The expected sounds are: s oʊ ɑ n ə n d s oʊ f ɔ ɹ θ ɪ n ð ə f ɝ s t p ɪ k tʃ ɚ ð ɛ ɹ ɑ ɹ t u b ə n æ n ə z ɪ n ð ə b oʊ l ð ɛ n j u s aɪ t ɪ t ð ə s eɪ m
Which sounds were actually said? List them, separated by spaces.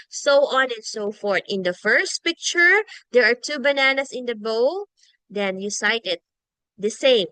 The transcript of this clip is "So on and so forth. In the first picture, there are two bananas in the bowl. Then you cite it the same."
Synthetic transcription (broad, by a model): s oʊ ɑ n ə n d s oʊ f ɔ ɹ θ ɪ n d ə f ɝ s t p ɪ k tʃ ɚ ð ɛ ɹ ɑ ɹ t u b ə n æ n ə s ɪ n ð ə b oʊ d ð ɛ n j u s aɪ t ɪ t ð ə s eɪ m